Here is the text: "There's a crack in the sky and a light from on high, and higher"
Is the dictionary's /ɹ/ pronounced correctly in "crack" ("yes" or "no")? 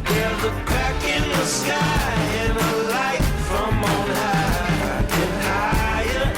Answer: no